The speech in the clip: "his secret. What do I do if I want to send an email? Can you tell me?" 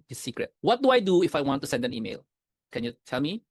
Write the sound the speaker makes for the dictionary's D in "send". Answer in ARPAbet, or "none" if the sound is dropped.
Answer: D